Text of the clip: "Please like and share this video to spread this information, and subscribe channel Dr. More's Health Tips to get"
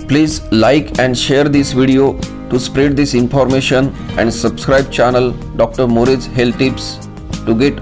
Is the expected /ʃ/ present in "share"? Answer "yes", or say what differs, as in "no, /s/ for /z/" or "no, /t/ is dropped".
yes